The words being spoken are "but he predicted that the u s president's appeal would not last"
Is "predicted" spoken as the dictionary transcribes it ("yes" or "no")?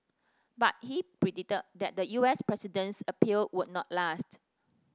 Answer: no